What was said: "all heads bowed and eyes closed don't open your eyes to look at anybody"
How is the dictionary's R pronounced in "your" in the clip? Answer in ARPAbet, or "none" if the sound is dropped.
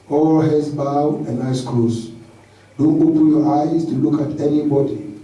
R